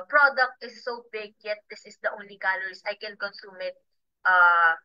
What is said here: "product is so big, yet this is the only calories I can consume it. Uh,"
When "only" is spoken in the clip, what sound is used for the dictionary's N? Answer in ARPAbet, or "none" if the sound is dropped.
none